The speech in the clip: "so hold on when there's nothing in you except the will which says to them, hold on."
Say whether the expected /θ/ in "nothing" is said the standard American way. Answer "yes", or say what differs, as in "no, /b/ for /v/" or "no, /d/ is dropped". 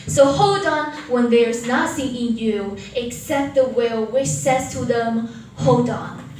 no, /s/ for /θ/